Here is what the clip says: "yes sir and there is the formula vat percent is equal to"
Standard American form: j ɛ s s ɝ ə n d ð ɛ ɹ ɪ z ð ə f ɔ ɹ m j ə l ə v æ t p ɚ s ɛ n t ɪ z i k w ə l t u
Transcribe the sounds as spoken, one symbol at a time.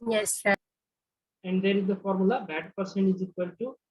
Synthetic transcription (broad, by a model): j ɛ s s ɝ ə n d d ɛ ɹ ɪ z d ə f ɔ ɹ m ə l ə b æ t p ɚ s ɛ n t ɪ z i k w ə l t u